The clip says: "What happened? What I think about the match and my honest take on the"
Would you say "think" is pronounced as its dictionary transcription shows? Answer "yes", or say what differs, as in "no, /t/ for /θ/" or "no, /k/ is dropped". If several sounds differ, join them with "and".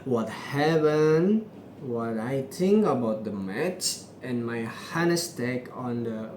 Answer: no, /t/ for /θ/